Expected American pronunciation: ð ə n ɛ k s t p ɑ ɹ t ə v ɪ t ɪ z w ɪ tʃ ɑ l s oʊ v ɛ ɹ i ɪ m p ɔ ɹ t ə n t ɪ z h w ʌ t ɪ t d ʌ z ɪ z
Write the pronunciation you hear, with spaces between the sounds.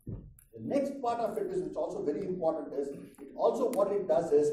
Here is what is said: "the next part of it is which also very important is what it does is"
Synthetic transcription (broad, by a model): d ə n ɛ k s t p ɑ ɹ t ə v ɪ t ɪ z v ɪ s ɑ l s oʊ v ɛ ɹ i ɪ m p ɔ ɹ t ə n t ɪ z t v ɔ t ɪ t d ʌ z ɪ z